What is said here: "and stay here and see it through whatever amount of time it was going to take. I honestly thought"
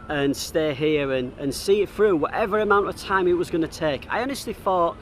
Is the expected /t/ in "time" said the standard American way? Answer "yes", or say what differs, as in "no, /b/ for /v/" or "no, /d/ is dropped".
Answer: yes